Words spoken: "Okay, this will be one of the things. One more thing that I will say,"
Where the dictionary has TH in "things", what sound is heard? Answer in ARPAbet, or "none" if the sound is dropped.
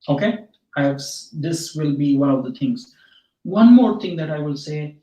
T